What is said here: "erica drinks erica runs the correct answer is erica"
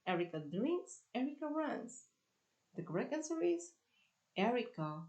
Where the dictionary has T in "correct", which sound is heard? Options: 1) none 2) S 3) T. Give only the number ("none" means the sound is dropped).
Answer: 1